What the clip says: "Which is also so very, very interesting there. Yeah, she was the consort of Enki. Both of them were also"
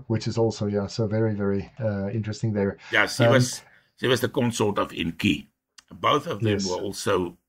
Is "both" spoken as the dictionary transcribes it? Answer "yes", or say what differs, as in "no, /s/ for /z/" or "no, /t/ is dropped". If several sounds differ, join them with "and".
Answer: yes